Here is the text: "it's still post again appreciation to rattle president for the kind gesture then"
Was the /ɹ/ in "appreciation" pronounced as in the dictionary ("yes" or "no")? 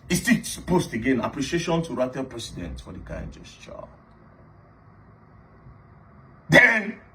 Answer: yes